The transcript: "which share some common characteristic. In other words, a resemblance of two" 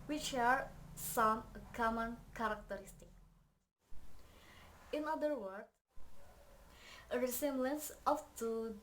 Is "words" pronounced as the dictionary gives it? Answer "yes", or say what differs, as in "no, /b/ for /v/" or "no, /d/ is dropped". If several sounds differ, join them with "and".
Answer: no, /z/ is dropped